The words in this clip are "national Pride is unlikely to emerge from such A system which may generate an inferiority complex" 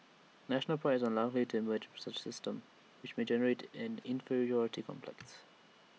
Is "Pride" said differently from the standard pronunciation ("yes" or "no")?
yes